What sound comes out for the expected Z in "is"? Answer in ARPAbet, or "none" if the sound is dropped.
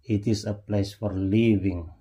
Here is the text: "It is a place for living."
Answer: S